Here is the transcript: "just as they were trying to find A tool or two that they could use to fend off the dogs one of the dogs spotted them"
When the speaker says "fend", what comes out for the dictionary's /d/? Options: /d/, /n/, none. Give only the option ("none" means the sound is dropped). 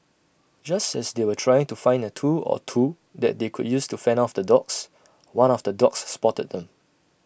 none